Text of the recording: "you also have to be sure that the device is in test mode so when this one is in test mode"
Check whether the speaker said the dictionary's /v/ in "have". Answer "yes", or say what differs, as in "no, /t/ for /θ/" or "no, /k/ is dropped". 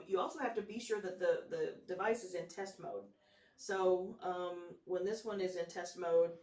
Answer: no, /f/ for /v/